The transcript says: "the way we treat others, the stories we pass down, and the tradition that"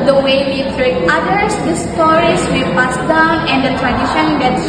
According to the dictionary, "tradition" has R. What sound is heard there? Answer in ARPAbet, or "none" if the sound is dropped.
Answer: R